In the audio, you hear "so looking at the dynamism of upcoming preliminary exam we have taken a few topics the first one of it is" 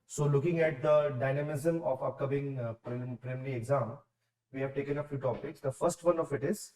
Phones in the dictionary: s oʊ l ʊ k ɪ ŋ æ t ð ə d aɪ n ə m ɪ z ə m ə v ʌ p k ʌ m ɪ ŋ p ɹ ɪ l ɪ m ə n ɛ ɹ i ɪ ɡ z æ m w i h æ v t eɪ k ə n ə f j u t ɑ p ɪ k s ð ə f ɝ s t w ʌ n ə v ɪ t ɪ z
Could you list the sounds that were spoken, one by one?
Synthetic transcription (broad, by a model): s oʊ l ʊ k ɪ ŋ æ t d ə d aɪ n ə m ɪ z ə m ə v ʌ p k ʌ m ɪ ŋ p ɹ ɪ ɪ m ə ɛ ɹ i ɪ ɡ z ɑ m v i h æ v t eɪ k ə n ə f j u t ɑ p ɪ k s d ə f ɝ s t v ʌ n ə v ɪ t ɪ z